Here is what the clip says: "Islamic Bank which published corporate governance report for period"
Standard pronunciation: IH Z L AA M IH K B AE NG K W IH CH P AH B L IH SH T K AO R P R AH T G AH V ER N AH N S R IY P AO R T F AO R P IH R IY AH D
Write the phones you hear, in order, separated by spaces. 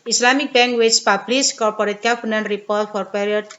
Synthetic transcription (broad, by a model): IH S L AA M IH K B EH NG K W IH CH P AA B L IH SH K AO R P R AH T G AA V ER N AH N R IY P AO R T F AO R P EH R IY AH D